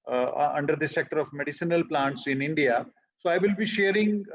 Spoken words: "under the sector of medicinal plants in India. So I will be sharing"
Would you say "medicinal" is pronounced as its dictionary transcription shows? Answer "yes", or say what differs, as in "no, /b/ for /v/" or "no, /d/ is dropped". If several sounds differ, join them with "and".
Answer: yes